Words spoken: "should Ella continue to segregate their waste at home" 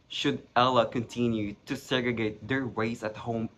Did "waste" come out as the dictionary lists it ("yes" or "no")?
no